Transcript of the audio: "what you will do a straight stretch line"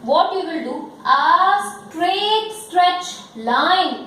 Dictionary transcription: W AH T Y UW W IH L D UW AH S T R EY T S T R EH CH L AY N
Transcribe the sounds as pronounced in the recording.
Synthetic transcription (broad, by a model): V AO T Y UW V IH L D UW AH S T R EY T S T R EH CH L AY N